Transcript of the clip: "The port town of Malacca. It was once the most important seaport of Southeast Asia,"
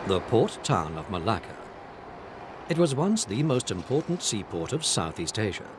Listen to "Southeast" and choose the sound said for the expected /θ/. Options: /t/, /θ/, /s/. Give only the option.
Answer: /θ/